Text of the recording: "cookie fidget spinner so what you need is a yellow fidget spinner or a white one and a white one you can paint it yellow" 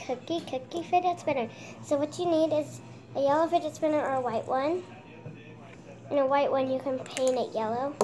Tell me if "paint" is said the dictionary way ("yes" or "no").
no